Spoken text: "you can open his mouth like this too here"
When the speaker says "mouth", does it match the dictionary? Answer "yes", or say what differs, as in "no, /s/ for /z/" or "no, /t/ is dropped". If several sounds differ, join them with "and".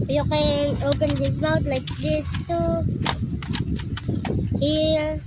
no, /t/ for /θ/